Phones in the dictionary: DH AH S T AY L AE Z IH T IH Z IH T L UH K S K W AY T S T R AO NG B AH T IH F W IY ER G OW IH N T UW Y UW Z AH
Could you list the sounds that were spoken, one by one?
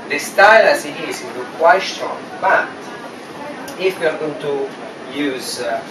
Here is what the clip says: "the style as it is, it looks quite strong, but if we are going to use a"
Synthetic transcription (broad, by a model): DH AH S T AY L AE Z IH T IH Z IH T W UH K K W AY T S T R AO NG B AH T IH F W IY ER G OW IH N T UW Y UW Z